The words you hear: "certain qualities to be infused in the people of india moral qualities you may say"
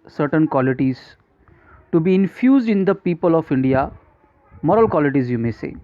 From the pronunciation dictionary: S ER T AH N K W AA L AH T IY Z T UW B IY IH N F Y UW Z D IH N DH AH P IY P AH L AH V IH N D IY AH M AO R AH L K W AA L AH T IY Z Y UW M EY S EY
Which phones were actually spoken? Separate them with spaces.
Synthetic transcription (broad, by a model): S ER T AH N K W AA L AH T IY Z T UW B IY IH N F Y UW Z D IH N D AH P IY P AH L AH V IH N D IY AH M AO R AH L K W AA L AH T IY Z Y UW M EY S EY